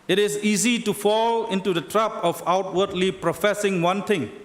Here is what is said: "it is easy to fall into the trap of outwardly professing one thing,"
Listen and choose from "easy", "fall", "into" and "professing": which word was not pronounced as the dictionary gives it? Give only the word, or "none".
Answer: none